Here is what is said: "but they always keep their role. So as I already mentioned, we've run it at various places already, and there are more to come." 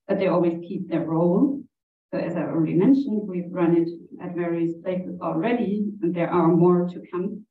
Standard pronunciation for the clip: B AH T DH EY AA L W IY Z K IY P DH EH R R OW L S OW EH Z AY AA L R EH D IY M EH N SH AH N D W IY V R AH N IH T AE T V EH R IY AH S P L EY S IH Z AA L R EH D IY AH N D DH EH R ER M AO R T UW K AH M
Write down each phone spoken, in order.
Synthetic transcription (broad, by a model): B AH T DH EY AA L W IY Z K IY P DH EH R R OW L S OW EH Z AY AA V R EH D IY M EH N SH AH N D W IY V R AH N IH T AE T V EH R IY AH S P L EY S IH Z AA L R EH D IY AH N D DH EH R ER M AO R T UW K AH M